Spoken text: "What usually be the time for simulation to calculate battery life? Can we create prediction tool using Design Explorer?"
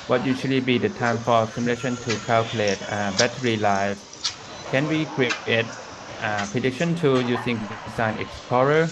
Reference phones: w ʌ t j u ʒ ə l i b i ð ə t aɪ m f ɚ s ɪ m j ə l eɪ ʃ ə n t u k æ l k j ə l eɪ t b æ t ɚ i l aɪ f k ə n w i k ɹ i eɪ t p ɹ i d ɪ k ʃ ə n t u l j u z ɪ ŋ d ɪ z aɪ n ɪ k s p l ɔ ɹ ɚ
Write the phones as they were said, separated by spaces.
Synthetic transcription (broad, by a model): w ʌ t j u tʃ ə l i b i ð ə t aɪ m f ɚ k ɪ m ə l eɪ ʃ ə n t u k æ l k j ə l eɪ t b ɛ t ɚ i l aɪ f k ə n w i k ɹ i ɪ t p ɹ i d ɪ k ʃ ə n t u j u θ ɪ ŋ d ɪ s aɪ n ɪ k s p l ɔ ɹ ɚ